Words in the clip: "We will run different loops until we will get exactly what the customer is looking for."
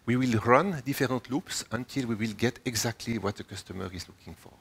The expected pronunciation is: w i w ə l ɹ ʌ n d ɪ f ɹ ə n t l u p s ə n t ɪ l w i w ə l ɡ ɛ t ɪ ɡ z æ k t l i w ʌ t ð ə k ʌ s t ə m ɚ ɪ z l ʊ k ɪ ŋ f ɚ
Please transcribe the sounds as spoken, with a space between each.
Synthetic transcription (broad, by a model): w i w ə l ɹ ʌ n d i f ɹ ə t l u p s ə n t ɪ l w i w ə l ɡ ɛ t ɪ ɡ z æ k t l i w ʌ t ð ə k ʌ s t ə m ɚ ɪ z l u k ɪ ŋ f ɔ